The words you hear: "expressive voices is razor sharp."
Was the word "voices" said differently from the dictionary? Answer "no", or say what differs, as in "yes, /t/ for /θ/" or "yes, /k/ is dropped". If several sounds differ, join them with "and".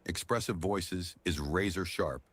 no